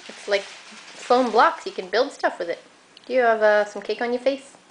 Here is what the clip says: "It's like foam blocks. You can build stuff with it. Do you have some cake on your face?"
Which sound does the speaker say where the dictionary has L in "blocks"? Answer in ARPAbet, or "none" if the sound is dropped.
L